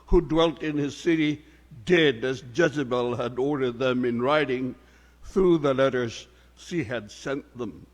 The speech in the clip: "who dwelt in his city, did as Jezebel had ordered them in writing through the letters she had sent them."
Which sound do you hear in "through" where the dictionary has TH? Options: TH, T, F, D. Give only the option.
TH